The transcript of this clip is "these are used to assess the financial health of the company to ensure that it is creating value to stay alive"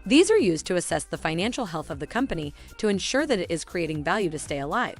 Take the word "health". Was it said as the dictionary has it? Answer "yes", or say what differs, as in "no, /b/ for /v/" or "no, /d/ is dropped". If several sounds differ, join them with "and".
yes